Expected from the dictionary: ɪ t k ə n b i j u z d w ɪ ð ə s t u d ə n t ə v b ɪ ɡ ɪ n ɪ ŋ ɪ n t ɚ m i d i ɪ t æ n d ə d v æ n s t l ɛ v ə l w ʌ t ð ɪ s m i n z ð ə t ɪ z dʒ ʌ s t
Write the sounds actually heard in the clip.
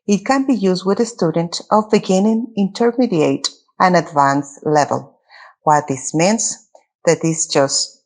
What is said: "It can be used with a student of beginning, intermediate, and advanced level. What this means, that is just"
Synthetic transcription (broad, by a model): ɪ t k ə n b i j u z d w ɪ ð ə s t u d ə n t ə v b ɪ ɡ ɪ n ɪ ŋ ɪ n t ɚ m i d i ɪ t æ n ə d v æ n s l ɛ v ə l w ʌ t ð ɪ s m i n s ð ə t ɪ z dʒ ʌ s t